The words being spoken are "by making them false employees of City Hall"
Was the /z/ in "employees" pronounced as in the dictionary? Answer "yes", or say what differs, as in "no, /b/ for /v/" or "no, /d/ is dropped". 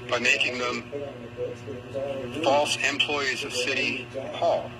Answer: yes